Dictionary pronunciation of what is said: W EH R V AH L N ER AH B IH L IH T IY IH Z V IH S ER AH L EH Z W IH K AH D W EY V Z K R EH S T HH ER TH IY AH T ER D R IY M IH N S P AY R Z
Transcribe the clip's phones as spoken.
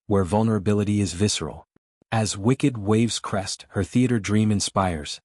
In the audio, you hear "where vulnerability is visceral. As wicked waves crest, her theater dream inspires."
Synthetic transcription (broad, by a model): W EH R V AH L N ER AH B IH L IH T IY IH Z V IH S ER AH L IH Z W IH K AH D W EY V Z K R EH S T HH ER TH IY AH T ER D R IY M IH N S P AY R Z